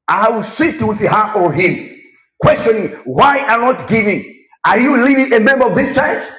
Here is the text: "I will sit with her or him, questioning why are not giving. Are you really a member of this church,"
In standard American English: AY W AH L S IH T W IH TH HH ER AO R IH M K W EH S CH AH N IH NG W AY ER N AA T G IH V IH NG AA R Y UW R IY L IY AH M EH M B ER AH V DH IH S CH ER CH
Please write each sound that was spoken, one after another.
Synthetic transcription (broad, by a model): AY W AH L S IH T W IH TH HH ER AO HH IH M K W EH S CH AH N IH NG W AY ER N AA T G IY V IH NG AA R Y UW L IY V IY AH M EH M B ER AH V DH IH S CH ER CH